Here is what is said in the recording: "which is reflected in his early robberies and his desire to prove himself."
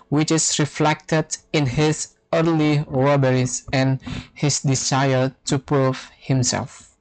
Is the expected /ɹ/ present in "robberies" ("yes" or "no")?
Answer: no